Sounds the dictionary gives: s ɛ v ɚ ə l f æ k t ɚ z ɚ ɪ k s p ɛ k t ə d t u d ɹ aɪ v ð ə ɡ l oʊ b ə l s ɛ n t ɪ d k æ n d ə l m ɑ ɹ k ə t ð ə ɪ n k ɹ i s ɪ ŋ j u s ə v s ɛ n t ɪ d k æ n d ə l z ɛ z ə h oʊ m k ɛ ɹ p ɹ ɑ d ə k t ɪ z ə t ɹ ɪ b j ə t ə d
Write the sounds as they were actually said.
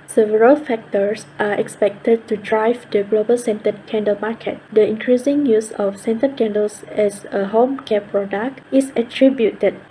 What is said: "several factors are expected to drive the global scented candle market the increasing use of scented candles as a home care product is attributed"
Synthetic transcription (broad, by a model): s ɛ v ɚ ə l f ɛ k t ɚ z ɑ ɪ k s p ɛ k t ə d t u d ɹ aɪ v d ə ɡ l oʊ b ə l s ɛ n t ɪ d k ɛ n d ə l m ɑ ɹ k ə t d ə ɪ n k ɹ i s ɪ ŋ j u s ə f s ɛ n t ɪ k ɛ n d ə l s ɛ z ə h oʊ m k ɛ p ɹ ɑ d ə k t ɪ s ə t ɹ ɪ b j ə t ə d